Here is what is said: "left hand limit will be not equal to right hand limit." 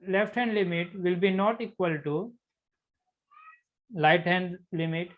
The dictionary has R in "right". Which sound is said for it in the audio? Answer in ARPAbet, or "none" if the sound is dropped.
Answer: L